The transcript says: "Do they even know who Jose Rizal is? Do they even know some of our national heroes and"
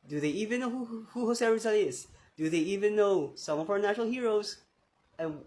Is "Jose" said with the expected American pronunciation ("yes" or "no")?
no